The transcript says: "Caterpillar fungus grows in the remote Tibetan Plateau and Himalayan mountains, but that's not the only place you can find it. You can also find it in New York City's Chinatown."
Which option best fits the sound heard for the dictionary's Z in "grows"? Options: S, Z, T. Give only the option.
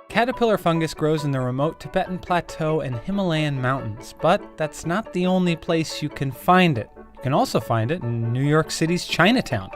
Z